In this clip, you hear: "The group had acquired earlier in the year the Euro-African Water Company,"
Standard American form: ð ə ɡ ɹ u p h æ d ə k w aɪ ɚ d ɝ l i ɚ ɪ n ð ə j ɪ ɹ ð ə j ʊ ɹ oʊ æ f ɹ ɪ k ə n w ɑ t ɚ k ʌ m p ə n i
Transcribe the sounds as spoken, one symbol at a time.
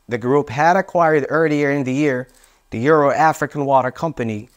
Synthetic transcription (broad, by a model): ð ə ɡ ɹ u p h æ d ə k w aɪ ɚ d ɝ l i ɚ ɪ n ð ə j ɪ ɹ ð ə j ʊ ɹ oʊ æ f ɹ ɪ k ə n w ɑ t ɚ k ʌ m p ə n i